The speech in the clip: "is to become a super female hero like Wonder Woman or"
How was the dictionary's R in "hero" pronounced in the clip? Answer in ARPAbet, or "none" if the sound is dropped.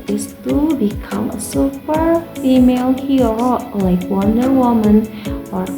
none